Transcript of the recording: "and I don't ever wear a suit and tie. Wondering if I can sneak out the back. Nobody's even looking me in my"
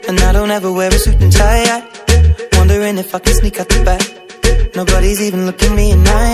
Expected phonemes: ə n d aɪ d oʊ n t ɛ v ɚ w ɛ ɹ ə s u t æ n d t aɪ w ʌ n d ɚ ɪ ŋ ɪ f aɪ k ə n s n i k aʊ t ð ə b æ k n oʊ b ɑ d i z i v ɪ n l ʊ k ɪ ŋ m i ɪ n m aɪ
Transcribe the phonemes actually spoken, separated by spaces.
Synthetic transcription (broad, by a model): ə n aɪ d oʊ n t ɛ v ɚ w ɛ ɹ ə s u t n t aɪ w ʌ n d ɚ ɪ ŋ ɪ f aɪ k ə n s n i k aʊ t ð ə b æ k n oʊ b ɑ d i z i v ɪ n l ʊ k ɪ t m i ɪ n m aɪ